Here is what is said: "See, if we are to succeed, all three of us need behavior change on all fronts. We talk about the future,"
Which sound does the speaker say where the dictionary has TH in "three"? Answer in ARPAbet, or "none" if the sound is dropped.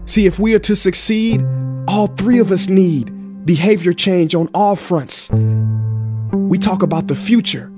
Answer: TH